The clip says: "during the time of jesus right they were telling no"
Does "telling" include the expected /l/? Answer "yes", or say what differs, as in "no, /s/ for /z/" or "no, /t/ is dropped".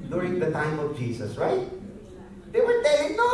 no, /l/ is dropped